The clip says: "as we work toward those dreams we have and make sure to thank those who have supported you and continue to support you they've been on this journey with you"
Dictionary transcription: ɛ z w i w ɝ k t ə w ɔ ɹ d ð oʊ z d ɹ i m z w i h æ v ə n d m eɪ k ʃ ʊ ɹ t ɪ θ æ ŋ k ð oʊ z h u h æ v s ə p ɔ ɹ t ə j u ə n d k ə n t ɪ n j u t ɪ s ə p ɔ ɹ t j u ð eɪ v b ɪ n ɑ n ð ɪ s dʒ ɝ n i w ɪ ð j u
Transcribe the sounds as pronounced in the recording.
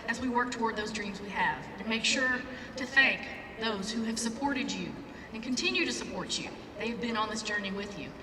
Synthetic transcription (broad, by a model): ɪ z w i w ɝ k t ə w ɔ ɹ d ð oʊ z d ɹ i m z w i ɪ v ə m eɪ k ʃ ʊ ɹ t ɪ θ æ ŋ k ð oʊ z h u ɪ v s ə p ɔ ɹ t ə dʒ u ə n k ə n t ɪ n j u t ɪ s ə p ɔ ɹ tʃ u ð eɪ v b ɪ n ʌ n ð ɪ s dʒ ɝ n i w ɪ ð j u